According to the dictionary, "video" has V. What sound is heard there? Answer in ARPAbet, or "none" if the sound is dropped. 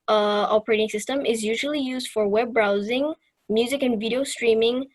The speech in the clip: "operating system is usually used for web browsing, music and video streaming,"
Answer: V